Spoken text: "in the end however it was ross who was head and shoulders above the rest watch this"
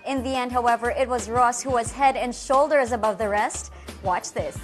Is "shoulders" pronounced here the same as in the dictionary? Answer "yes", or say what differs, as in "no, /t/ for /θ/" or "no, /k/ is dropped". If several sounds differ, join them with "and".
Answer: yes